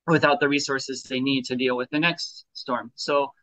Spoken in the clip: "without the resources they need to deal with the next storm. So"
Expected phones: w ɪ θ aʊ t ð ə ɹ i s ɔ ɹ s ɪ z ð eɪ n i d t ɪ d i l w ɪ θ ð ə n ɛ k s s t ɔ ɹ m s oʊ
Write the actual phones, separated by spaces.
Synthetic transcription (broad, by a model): w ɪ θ aʊ t ð ə ɹ i s ɔ ɹ s ɪ z ð eɪ n i d t ɪ d i l w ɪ ð ə n ɛ k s s t ɔ ɹ m s oʊ